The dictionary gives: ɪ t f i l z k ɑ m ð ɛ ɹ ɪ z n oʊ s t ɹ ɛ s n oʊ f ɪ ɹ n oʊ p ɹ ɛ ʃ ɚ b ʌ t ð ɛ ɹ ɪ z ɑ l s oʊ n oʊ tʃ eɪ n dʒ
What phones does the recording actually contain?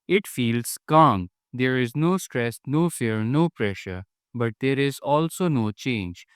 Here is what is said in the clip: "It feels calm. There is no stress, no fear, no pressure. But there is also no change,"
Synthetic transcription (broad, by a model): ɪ t f i l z k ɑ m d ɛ ɹ ɪ z n oʊ s t ɹ ɛ s n oʊ f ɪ ɹ n oʊ p ɹ ɛ ʃ ɚ b ʌ t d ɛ ɹ ɪ z ɑ l s oʊ n oʊ tʃ eɪ n dʒ